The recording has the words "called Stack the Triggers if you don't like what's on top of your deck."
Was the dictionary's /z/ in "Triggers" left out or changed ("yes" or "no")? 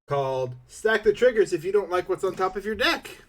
no